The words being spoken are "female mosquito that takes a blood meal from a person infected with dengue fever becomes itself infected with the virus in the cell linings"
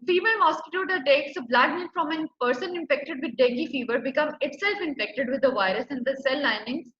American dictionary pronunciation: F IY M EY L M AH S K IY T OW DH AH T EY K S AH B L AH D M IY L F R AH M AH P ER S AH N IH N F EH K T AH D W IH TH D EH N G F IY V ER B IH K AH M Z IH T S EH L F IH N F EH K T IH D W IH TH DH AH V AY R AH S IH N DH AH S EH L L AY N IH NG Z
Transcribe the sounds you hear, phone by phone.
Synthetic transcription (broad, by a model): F IY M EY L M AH S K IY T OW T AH T EY K S AH B L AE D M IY N F R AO M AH P ER S AH N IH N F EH K T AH D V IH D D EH G F IY V ER B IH K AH M IH T S EH L F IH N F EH K T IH D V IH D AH V AY R AH S IH N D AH S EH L L AY N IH NG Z